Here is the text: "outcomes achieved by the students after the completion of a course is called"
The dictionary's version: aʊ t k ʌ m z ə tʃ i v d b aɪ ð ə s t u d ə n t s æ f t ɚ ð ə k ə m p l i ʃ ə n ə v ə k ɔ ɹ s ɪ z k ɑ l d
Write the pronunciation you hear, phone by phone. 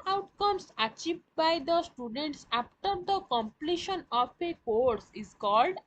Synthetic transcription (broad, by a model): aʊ t k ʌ m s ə tʃ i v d b aɪ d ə s t u d ə n t s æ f t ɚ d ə k ə m p l i ʃ ə n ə p ə k ɔ ɹ s ɪ z k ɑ l d